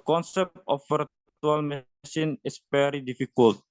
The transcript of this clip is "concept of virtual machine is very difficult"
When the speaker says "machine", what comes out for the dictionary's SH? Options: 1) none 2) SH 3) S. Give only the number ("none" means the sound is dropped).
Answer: 3